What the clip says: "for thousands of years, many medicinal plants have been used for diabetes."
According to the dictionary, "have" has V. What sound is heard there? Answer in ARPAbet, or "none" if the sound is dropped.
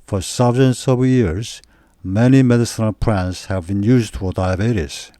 V